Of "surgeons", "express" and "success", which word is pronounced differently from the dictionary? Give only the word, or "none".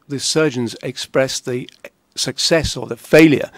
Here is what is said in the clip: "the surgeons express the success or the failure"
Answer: none